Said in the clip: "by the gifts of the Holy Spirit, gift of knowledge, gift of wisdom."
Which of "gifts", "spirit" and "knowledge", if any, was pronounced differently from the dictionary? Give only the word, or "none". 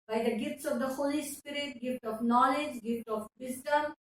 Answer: none